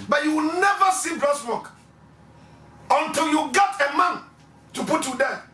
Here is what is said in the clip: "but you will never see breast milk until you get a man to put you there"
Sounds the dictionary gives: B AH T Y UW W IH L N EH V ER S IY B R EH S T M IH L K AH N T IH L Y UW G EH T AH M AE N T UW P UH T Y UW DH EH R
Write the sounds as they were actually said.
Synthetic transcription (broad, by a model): B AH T Y UW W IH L N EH V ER S IY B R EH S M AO K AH N T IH L Y UW G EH T AH M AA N T UW P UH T Y UW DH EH